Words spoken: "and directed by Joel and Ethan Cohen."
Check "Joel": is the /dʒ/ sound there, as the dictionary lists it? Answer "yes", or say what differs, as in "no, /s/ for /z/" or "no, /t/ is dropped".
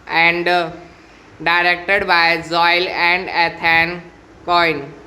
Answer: no, /z/ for /dʒ/